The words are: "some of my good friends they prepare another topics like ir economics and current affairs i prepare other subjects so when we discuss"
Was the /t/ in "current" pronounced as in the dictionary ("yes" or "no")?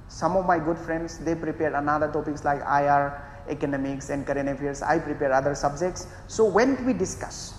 no